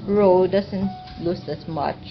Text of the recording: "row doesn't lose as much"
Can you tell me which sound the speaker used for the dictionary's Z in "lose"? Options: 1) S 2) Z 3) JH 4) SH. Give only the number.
1